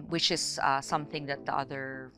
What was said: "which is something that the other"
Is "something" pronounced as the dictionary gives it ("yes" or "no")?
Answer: yes